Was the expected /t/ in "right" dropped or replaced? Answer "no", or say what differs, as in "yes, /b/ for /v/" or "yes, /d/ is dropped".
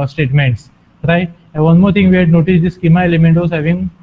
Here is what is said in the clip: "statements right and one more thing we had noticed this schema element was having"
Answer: yes, /t/ is dropped